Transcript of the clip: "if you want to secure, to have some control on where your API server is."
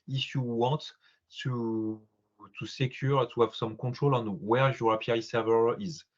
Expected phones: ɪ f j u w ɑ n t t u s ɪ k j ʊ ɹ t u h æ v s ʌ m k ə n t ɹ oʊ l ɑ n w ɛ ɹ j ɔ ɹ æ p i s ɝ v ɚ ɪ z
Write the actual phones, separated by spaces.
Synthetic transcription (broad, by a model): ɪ f j u w ɑ t t u s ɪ k j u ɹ t u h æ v s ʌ m k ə t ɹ oʊ l ɑ n w ɛ ɹ j ɔ ɹ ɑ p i s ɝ v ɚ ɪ z